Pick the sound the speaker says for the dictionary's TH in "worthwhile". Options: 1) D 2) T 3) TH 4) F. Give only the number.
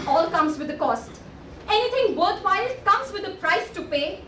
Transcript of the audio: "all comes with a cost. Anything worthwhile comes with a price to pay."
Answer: 2